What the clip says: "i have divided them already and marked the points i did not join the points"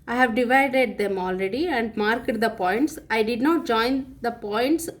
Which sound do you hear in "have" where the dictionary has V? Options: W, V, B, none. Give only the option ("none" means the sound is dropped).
V